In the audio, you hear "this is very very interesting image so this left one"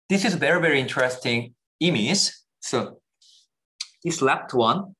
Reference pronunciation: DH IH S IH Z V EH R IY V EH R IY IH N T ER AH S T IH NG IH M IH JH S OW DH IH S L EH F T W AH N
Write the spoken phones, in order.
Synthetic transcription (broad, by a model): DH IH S IH Z V EH R IY V EH R IY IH N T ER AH S T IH NG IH M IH Z S OW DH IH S L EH P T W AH N